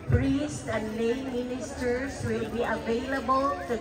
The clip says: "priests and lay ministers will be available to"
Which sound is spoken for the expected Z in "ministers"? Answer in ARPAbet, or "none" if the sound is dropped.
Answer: S